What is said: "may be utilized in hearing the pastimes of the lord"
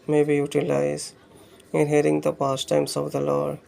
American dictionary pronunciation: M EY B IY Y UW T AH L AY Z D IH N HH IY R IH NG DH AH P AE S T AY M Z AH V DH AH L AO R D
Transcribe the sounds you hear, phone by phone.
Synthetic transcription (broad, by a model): M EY B IY Y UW T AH L AY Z IH N HH IY R IH NG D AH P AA S T AY M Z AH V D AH L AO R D